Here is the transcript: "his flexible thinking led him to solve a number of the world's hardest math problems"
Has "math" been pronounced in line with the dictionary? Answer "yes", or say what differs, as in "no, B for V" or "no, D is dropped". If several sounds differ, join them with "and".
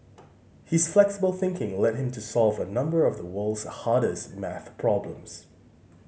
yes